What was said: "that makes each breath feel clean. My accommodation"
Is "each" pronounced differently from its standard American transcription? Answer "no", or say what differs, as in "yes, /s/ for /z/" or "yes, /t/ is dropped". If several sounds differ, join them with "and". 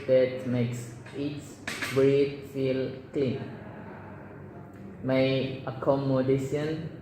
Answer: yes, /s/ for /tʃ/